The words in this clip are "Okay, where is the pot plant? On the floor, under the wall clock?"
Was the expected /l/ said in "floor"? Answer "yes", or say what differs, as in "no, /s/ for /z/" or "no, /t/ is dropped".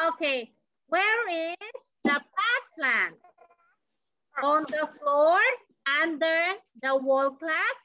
yes